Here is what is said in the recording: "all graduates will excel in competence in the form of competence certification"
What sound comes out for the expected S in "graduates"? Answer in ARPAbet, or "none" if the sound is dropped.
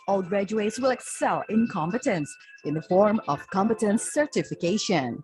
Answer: S